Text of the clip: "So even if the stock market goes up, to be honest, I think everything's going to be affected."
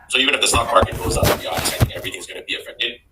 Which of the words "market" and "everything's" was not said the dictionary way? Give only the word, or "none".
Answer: none